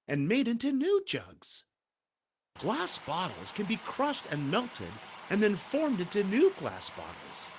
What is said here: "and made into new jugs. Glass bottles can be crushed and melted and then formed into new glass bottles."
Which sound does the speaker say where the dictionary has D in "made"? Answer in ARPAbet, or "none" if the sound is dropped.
D